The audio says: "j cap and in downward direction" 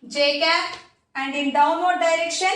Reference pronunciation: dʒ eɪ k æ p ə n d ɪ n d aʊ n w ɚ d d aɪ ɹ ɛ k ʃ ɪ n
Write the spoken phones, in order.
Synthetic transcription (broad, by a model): dʒ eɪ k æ ə n d ɪ n d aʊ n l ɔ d d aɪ ɹ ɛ k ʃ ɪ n